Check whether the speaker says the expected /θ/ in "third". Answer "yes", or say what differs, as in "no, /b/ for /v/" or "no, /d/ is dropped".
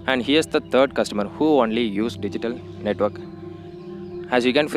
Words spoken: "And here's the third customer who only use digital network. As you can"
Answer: no, /t/ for /θ/